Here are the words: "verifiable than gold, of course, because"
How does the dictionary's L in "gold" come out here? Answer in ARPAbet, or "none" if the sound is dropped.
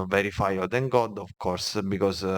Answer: none